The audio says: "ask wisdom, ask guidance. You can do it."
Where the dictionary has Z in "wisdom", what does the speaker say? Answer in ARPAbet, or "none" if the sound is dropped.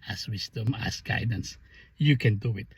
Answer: S